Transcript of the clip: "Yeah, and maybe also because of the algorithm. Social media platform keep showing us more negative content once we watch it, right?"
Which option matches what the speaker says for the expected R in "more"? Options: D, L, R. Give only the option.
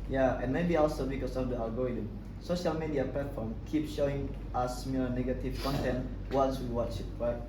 L